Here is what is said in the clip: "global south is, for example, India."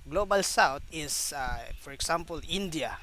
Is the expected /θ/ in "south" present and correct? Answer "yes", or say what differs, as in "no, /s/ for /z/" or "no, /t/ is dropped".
no, /t/ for /θ/